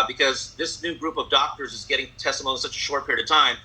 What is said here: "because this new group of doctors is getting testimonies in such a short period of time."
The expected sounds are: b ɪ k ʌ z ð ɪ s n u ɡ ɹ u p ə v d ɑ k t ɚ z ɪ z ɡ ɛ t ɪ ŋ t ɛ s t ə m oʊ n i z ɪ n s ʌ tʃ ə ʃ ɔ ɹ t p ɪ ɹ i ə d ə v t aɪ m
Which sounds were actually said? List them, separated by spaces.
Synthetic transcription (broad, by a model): b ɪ k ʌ z ð ɪ s n u ɡ ɹ u p ə v d ɑ k t ɚ z ɪ z ɡ ɛ t ɪ ŋ t ɛ s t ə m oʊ i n s ʌ tʃ ə ʃ ɔ ɹ t p ɪ ɹ i ə d ə v t aɪ m